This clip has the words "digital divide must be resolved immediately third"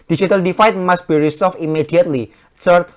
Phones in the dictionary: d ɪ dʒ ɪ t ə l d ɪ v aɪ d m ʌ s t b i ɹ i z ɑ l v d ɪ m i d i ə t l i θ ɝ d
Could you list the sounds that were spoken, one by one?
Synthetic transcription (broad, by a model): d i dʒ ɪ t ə l d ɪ f aɪ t m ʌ s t b i ɹ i s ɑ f ɪ m i d i ə t l i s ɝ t